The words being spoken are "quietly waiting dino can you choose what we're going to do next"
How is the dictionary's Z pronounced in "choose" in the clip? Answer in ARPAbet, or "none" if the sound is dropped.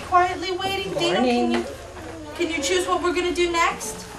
Z